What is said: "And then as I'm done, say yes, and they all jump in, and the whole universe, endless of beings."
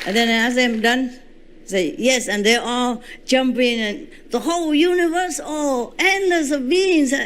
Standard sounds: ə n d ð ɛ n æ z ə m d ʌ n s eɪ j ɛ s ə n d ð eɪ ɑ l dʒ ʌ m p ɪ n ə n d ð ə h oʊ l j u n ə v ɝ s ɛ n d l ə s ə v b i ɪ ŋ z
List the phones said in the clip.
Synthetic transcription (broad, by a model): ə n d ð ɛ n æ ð ə m d ʌ n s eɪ j ɛ s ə n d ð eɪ ɑ l dʒ ʌ m p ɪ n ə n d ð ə h oʊ l j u n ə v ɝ s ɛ n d ə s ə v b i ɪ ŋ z